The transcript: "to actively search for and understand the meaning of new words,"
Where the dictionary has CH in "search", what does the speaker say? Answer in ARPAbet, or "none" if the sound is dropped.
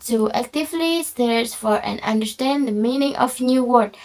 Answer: S